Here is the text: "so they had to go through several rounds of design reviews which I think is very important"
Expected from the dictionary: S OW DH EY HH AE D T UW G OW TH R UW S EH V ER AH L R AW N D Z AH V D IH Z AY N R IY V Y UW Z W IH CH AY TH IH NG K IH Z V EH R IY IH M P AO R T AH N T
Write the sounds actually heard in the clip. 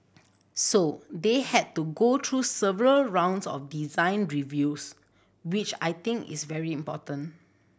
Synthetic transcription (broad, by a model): S OW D EY HH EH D T UW G OW T R UW S EH V ER AH L R AW N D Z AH F D IH Z AY N R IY V Y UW S W IH CH AY T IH NG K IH S V EH R IY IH M P AO T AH N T